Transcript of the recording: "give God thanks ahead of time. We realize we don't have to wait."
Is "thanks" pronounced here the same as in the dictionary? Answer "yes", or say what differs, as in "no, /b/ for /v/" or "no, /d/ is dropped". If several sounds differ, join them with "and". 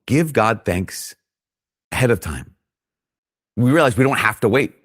yes